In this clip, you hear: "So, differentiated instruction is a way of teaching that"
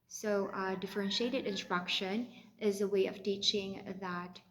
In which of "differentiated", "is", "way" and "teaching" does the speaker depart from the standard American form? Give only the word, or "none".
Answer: none